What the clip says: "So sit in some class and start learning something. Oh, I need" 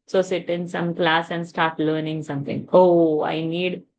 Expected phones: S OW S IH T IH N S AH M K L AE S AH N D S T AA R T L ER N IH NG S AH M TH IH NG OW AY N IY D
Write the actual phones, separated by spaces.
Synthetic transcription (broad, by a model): S OW S IH T IH N S AH M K L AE S AH N D S T AA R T L ER N IH NG S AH M T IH NG OW AY N IY D